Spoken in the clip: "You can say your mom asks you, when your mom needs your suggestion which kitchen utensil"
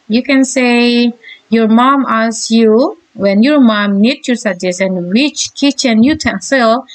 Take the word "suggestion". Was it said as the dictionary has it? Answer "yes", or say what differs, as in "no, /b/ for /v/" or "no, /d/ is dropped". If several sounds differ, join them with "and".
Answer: no, /tʃ/ is dropped